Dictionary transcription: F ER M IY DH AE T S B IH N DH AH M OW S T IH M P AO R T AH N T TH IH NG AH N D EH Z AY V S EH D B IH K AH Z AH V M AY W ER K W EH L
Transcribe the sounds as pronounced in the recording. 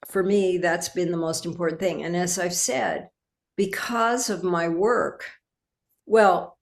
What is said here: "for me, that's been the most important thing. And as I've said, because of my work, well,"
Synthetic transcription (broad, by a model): F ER M IY DH AE T S B IH N DH AH M OW S T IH M P AO R T N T TH IH NG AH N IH Z AY V S EH D B IH K AH Z AH V M AY W ER K W EH L